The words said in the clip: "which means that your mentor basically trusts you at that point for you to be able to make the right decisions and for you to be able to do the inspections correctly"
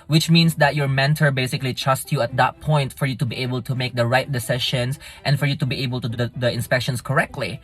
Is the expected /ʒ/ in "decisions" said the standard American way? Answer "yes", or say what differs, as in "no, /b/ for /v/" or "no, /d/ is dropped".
no, /ʃ/ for /ʒ/